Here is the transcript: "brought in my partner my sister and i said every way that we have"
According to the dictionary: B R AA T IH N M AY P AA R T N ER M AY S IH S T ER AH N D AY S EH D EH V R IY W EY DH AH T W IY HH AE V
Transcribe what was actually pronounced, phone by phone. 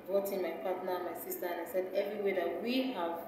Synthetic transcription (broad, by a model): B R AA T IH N M AY P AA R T N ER M AY S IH S T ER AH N AY S EH D EH V R IY W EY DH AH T W IY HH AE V